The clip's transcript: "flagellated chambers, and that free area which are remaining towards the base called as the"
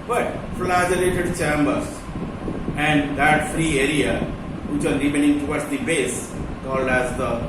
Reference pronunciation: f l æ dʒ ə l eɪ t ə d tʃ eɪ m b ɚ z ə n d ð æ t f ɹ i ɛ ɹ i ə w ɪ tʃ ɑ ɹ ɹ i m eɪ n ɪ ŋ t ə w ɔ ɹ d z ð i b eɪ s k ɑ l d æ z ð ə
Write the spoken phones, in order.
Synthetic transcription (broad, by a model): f l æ dʒ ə l eɪ t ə d tʃ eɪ m b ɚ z ə n d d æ t f ɹ i ɛ ɹ i ə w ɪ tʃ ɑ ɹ ɹ i m eɪ n ɪ ŋ t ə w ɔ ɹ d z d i b eɪ s k ɑ l d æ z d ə